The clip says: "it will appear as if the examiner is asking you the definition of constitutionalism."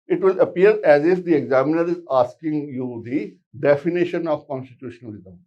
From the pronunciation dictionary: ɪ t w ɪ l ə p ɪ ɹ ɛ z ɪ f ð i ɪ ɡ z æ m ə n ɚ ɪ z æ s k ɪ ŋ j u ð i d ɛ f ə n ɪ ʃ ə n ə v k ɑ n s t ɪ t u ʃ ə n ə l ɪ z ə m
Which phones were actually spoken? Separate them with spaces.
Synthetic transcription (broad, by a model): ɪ t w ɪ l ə p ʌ ɹ ɛ z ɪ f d i ɪ ɡ z æ m ə n ɚ ɪ z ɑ s k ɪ ŋ j u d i d ɛ f ə n ɪ ʃ ə n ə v k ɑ n s t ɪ t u ʃ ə n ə l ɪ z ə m